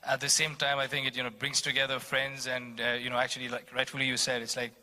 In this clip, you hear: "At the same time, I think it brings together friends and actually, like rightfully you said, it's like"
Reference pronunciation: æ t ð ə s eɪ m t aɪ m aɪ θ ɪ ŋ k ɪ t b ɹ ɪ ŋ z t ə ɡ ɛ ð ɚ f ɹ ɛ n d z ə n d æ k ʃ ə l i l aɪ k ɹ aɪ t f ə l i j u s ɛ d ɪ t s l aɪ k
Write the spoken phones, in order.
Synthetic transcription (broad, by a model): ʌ t ð ə s eɪ m t aɪ m aɪ θ ɪ ŋ k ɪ t b ɹ ɪ ŋ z t ə ɡ ɛ ð ɚ f ɹ ɛ n d z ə n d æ k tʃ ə l i l aɪ k ɹ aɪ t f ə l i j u s ɛ d ɪ t s l aɪ k